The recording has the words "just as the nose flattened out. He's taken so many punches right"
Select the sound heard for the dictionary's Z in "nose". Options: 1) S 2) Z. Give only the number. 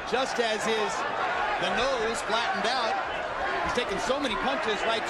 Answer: 2